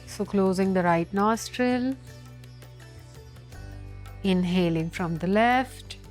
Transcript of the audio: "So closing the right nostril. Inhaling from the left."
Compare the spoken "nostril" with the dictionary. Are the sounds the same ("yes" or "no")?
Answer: yes